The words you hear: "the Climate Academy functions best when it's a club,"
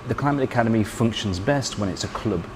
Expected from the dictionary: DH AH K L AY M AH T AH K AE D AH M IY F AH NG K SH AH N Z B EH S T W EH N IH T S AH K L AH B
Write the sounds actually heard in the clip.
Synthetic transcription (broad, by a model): DH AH K L AY M AH T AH K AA D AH M IY F AH NG K SH AH N Z B EH S T W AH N IH T S AH K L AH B